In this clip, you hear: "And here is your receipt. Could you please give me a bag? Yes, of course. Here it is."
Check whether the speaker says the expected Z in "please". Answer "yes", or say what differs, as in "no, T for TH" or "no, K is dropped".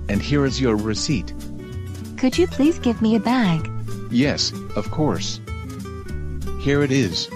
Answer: yes